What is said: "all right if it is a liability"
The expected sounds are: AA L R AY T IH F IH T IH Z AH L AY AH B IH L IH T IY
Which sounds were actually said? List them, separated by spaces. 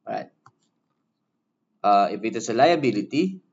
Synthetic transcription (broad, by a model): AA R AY T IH P IH T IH S AH L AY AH B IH L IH T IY